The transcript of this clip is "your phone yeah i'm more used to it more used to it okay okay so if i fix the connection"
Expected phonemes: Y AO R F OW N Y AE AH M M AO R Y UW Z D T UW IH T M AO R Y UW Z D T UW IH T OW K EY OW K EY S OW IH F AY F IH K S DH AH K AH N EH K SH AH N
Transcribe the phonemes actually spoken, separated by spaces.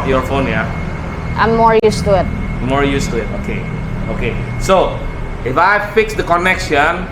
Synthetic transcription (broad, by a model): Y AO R F OW N Y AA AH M M AO R Y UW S T UW IH T M AO R Y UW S T UW IH T OW K EY OW K EY S OW IH F AY F IH K S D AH K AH N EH K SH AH N